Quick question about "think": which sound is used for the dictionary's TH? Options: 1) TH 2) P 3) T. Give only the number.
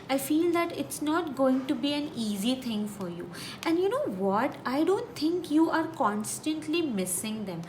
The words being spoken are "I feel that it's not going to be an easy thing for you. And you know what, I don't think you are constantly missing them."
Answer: 3